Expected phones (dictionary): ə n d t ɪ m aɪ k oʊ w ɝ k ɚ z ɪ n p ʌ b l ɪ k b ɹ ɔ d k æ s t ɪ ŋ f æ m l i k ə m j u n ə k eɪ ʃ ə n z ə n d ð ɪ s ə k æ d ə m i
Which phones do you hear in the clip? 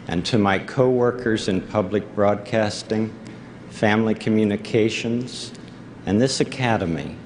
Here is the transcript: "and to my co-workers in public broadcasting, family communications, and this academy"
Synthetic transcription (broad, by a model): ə n t ɪ m aɪ k oʊ w ɝ k ɚ z ɪ n p ʌ b l ɪ k b ɹ ɔ d k æ s t ɪ ŋ f æ m l i k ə m j u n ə k eɪ ʃ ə n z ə n ð ɪ s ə k æ d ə m i